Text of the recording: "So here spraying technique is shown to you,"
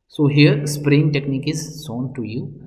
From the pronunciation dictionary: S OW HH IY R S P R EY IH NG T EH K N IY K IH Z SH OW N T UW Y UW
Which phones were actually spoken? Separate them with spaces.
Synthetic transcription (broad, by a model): S OW HH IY R S P R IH NG T EH K N IY K IH Z S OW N T UW Y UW